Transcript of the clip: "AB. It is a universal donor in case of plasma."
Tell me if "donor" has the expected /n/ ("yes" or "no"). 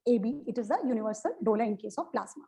no